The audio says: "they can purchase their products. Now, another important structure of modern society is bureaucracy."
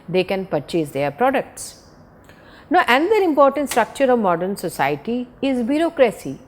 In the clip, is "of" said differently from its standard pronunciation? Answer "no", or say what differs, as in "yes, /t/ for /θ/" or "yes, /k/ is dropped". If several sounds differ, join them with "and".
no